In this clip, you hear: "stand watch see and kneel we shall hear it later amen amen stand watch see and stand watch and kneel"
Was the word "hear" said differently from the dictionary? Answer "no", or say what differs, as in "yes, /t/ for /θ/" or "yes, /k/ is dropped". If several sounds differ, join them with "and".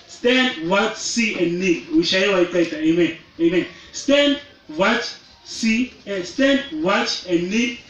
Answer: yes, /w/ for /ɹ/